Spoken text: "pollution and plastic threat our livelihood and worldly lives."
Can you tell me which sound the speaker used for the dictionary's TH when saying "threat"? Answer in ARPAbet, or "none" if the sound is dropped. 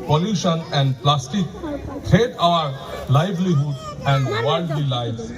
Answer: T